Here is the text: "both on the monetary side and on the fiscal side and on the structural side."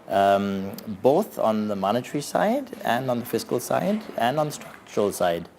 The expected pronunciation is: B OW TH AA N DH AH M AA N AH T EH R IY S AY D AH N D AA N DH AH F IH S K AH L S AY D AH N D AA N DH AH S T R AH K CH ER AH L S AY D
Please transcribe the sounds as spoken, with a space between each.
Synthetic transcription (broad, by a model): B OW TH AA N DH AH M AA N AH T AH R IY S AY D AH N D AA N DH AH F IH S K AH L S AY D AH N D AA N DH AH S T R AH K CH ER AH L S AY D